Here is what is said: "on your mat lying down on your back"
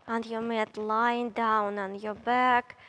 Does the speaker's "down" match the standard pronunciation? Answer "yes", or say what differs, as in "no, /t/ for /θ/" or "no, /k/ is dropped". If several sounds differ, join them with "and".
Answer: yes